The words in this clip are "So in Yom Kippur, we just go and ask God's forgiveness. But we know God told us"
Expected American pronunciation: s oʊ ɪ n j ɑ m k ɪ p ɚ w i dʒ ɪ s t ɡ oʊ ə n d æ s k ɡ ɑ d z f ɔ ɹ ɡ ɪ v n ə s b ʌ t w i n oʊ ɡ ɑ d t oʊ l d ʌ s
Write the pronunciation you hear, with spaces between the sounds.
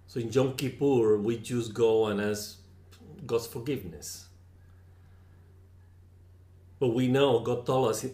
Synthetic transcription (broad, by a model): s oʊ ɪ n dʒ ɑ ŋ k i p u w i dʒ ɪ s ɡ oʊ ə n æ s ɡ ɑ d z f ɔ ɹ ɡ ɪ v n ə s b ʌ t w i n oʊ ɡ ɑ d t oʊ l ʌ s